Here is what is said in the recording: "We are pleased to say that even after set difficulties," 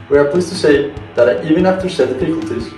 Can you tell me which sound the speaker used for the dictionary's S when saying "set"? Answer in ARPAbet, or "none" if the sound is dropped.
SH